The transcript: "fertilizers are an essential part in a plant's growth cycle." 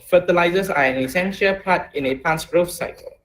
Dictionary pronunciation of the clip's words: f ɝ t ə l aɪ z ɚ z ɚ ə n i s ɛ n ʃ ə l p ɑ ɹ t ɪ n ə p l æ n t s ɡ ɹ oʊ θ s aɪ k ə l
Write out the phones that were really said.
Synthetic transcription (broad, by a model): f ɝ t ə l aɪ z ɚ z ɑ ə n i s ɛ n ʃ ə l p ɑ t ɪ n ə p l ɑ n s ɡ ɹ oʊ f s aɪ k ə l